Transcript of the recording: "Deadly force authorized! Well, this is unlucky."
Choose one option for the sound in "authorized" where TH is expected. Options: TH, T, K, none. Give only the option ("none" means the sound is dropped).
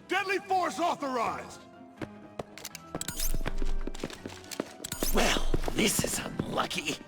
TH